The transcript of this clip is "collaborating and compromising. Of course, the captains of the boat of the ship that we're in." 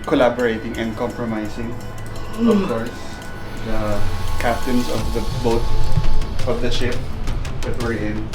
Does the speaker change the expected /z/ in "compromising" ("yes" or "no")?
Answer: yes